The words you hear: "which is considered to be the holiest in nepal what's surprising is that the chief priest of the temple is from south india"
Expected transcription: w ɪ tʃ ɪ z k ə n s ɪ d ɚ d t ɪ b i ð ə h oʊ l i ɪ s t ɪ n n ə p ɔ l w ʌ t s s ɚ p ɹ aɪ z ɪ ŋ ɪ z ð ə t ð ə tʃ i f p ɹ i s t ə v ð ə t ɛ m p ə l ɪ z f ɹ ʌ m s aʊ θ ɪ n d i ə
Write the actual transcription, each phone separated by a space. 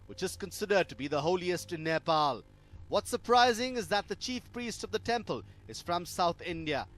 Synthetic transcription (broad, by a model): w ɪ tʃ ɪ z k ə n s ɪ d ɚ d t ɪ b i ð ə h oʊ l i ɪ s t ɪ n n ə p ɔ l w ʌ t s s ɚ p ɹ aɪ z ɪ ŋ ɪ z ð ə t ð ə tʃ i f p ɹ i s t ə v ð ə t ɛ m p ə l ɪ z f ɹ ʌ m s aʊ θ ɪ n d i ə